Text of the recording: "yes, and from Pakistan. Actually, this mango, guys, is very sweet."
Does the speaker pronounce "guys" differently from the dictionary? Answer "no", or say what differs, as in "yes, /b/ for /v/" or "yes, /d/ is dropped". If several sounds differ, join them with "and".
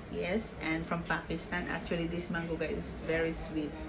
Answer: yes, /z/ is dropped